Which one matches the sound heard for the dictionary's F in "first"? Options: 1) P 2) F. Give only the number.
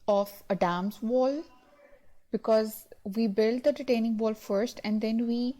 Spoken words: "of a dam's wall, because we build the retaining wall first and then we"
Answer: 2